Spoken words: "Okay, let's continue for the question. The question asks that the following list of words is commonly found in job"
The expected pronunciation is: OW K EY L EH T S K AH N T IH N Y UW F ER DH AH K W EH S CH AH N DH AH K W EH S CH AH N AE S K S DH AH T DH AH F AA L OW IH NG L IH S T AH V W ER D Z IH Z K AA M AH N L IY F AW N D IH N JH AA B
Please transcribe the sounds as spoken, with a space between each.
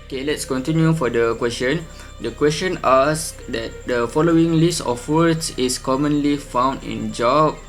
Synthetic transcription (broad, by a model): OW K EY L EH T S K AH N T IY N Y UW F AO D AH K W EH S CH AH N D AH K W EH S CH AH N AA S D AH T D AH F AA L OW IH NG L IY S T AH F W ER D S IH S K AA M AH N L IY F AW N D IH N JH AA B